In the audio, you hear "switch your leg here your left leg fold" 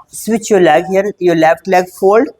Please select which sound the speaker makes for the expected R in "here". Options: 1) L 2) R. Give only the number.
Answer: 2